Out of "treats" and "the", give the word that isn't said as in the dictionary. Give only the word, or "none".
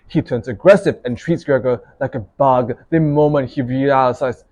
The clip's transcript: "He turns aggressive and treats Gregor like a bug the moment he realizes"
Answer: none